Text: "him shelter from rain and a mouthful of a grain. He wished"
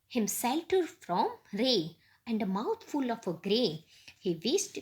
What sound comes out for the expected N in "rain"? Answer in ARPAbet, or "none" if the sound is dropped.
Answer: none